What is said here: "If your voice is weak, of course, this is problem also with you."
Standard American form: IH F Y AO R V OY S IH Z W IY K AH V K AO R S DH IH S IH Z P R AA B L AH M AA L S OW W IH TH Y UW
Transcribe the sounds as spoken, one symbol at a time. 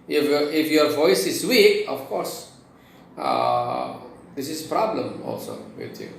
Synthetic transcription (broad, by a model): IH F Y AO R V OY S IH Z W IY AH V K AO R S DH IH S IH Z P R AA B L AH M AA L S OW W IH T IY